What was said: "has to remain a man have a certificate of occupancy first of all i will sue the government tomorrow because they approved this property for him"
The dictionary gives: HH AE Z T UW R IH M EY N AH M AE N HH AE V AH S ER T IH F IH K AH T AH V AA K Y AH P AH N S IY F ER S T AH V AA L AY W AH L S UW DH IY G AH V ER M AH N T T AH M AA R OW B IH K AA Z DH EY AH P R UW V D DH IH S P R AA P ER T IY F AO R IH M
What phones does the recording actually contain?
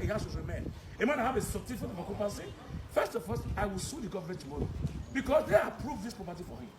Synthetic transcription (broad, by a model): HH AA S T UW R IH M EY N AH M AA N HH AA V AH S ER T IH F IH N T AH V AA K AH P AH S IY F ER S T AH F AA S AY W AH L S UW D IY G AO V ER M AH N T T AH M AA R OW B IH K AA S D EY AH P R UW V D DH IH S P R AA P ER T IY F AO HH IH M